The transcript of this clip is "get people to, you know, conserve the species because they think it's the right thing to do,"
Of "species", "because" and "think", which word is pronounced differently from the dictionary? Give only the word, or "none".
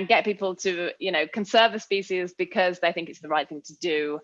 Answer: none